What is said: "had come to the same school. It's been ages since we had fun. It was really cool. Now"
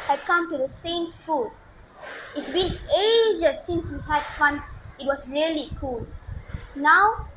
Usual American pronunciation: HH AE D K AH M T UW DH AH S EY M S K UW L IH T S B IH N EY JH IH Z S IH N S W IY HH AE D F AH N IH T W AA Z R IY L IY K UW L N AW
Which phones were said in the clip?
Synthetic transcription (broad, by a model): HH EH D K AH M T UW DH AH S EY M S K UW L IH T S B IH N EY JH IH S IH N S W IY HH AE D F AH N IH T W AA S R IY L IY K UW L N AW